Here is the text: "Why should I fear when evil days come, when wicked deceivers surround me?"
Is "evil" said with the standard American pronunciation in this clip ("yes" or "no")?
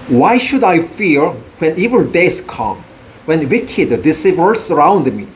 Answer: no